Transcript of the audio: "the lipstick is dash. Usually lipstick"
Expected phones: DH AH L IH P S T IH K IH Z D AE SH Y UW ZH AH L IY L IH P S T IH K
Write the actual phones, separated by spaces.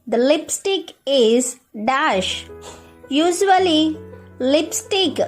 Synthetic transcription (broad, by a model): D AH L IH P S T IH K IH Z D AE SH Y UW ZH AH L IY L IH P S T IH K